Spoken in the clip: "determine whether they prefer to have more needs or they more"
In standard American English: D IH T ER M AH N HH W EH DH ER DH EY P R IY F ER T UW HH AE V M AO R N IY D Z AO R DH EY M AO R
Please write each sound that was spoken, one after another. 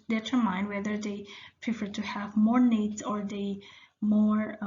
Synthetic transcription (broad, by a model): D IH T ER M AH N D W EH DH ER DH EY P R IY F ER T UW HH AE V M AO R N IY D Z AO R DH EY M AO R